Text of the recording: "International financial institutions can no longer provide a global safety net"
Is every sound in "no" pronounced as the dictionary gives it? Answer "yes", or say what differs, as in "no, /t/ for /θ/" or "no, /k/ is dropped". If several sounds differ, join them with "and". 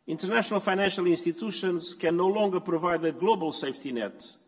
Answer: yes